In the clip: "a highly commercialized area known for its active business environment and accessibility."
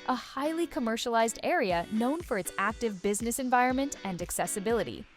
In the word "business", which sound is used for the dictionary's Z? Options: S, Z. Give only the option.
Z